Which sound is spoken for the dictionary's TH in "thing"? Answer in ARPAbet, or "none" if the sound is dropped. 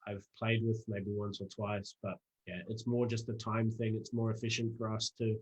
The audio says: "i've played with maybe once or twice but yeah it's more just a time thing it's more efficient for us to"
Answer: TH